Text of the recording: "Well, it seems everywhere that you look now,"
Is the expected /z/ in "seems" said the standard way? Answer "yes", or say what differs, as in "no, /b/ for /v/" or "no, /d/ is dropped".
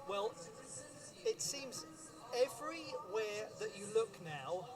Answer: yes